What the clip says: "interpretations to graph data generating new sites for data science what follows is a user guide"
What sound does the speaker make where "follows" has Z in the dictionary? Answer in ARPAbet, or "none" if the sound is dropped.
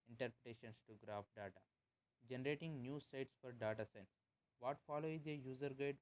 none